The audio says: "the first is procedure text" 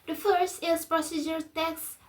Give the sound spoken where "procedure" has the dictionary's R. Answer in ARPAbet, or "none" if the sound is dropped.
R